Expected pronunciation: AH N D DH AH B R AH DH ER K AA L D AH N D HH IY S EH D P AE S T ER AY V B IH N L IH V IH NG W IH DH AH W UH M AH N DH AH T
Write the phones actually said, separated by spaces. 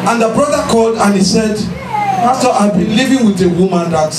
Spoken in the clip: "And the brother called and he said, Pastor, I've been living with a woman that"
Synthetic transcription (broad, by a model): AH N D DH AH B R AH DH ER K AA L D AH N HH IY S EH D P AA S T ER AY B IH N L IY V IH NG W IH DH AH W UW M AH N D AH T